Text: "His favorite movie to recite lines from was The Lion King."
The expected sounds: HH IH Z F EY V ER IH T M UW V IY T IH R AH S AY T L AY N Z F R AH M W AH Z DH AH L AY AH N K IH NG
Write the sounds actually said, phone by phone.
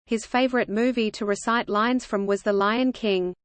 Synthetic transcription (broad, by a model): HH IH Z F EY V ER IH T M UW V IY T IH R AH S AY T L AY N Z F R AH M W AH Z DH AH L AY AH N K IH NG